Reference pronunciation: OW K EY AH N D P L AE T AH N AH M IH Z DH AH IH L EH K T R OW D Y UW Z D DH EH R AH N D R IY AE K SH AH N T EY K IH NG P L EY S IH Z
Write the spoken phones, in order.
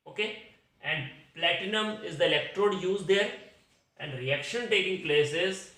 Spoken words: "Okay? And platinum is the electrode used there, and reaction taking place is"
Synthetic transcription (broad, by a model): OW K EY AH N D P L AE T AH N AH M IH Z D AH IH L EH K T R OW D Y UW Z D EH R AH N D R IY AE K SH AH N T EY K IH NG P L EY S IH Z